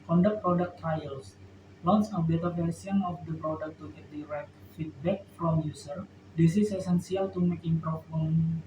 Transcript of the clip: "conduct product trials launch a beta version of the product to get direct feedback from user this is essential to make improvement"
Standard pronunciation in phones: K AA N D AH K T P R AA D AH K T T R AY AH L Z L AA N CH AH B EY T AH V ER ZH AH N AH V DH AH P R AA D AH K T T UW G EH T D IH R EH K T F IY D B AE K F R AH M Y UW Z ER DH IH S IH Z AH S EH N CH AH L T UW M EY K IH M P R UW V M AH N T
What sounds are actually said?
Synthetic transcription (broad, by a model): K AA N D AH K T P R AA D AH K T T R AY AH L S L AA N S AH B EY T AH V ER S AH N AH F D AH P R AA D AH K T T UW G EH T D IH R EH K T F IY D B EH K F R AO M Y UW S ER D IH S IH S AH S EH N S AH L T UW M EY K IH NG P R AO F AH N